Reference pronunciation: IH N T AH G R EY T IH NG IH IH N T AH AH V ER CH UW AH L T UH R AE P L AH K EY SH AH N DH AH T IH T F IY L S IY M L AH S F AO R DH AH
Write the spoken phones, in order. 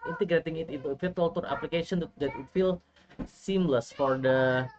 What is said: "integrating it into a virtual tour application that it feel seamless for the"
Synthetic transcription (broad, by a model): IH N T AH G R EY T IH NG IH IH T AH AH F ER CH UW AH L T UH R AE P L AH K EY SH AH N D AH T IH T F IY L S IY M L AH S F AO R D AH